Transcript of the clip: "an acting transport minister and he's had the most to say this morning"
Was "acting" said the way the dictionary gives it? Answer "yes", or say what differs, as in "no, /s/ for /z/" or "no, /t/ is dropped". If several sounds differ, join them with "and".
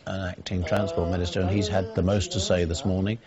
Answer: yes